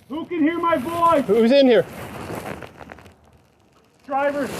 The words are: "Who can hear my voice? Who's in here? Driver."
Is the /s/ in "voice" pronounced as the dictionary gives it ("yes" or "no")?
no